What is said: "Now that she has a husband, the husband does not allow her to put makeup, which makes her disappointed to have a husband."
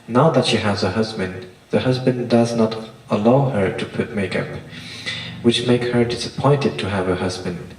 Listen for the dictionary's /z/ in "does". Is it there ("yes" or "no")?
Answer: yes